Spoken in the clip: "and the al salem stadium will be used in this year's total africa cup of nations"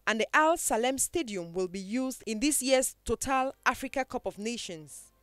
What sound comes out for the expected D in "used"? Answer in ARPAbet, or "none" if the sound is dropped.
D